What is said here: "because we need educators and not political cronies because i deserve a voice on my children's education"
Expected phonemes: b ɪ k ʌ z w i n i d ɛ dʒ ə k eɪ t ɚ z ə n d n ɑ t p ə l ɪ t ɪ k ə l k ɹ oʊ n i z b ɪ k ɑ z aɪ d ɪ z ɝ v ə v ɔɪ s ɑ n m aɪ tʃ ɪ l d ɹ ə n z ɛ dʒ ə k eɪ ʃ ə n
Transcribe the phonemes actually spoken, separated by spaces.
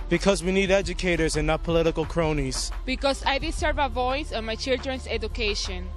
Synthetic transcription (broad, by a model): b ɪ k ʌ z w i n i d ɛ dʒ ə k eɪ t ɚ z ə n n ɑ t p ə l ɪ t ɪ k l k ɹ oʊ n i z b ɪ k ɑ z aɪ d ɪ s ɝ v ə v ɔɪ s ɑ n m aɪ tʃ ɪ l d ɹ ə n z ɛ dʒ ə k eɪ ʃ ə n